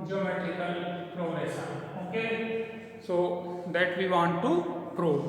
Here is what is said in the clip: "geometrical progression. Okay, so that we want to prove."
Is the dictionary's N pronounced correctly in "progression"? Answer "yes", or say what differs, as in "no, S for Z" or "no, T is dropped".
no, N is dropped